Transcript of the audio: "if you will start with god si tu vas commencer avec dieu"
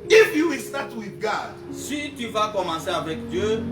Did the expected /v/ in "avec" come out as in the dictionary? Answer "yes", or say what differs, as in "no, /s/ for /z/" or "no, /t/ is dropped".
yes